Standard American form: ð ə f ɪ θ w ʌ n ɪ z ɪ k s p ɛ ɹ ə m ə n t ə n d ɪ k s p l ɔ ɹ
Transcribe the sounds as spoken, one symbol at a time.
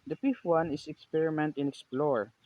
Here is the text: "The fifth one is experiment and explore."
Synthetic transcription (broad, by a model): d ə p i f w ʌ n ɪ s ɪ k s p ɛ ɹ ə m ə n t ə n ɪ k s p l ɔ ɹ